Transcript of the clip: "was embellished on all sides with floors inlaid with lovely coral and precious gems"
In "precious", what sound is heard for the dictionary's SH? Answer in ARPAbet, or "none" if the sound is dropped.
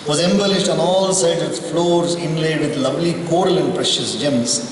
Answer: SH